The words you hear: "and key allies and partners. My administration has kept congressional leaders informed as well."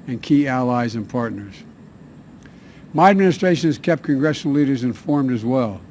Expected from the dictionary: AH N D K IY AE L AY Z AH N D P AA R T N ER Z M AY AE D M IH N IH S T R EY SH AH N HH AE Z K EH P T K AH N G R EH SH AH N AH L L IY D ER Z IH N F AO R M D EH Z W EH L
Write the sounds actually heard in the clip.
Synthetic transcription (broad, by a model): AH N K IY AE L AY Z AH N P AA R T N ER Z M AY AE D M IH N IH S T R EY SH AH N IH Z K EH P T K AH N G R EH SH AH N L L IY D ER Z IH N F AO R M D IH Z W EH L